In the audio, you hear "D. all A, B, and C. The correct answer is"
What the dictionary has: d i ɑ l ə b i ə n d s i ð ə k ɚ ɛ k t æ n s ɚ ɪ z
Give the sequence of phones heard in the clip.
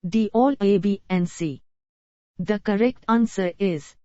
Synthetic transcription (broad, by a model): d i ɑ l ə b i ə n s i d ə k ɚ ɛ k t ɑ n s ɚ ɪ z